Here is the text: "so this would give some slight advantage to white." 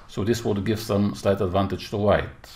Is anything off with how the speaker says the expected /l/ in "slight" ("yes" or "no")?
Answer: no